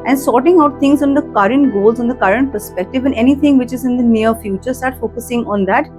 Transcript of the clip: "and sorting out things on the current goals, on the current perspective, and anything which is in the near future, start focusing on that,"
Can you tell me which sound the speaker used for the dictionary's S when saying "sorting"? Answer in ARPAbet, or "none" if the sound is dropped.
S